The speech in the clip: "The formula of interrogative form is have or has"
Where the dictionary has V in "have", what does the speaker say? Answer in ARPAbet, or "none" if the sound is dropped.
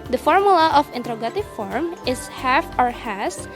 F